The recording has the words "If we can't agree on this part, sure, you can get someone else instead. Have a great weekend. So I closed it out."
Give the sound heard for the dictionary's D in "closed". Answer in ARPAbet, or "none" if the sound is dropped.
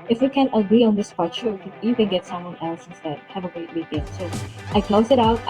none